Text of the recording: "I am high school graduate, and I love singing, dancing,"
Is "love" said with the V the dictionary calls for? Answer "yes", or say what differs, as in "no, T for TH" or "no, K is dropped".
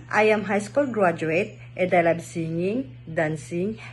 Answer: no, B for V